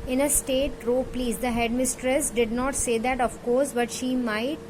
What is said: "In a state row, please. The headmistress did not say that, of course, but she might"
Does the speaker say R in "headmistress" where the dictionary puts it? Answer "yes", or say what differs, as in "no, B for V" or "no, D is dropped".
yes